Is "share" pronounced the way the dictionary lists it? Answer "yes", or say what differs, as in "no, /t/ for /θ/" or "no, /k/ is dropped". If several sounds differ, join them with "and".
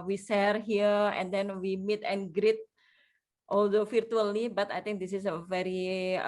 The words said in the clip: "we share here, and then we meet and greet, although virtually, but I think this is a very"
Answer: no, /s/ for /ʃ/